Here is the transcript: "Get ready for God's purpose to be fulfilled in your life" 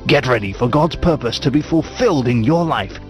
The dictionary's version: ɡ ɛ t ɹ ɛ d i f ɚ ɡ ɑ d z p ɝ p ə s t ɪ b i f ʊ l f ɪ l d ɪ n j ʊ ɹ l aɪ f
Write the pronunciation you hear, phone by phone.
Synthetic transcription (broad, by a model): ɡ ɛ t ɹ ɛ d i f ɚ ɡ ɑ d z p ɝ p ə s t ɪ b i f ʊ l f ɪ l d ɪ n j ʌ ɹ l aɪ f